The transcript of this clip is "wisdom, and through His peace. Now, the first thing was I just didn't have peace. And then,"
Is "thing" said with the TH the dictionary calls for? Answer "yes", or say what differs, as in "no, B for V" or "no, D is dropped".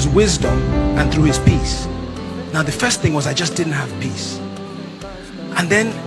yes